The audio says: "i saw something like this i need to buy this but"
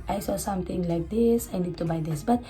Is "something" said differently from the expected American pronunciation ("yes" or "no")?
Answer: yes